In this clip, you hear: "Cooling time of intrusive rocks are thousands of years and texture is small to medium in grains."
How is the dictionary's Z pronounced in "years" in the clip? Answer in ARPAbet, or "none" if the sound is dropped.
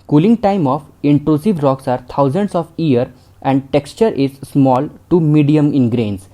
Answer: none